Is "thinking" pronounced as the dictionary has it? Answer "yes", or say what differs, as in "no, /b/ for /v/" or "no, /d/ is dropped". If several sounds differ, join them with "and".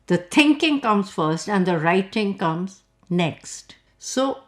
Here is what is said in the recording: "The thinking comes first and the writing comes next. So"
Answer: no, /t/ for /θ/